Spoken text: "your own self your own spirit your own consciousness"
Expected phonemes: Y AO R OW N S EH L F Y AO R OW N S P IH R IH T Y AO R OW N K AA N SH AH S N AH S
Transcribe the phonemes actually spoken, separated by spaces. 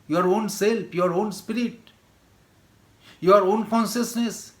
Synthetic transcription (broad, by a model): Y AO R OW N S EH L P Y AO R OW N S P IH R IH T Y AO R OW N K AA N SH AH S N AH S